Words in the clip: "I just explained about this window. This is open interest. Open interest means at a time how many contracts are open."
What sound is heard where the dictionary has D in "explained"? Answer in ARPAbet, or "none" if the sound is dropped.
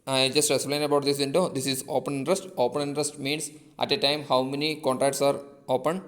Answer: none